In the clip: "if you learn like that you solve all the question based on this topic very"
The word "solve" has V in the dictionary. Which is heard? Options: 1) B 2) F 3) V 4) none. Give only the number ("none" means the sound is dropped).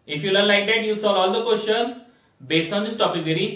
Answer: 4